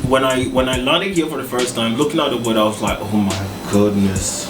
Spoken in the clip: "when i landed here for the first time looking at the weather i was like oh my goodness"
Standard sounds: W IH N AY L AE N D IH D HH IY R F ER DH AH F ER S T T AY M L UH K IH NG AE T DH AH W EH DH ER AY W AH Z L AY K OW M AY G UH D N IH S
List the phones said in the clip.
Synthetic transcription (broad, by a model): W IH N AY L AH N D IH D HH IY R F ER DH AH F ER S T T AY M L UH K IH NG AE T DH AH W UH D AY W AH Z L AY K OW M AY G UH D N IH S